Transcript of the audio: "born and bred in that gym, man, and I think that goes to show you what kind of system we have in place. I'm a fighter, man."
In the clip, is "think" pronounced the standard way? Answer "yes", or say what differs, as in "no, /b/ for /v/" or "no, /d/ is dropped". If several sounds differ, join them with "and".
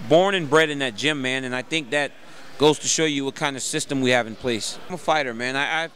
yes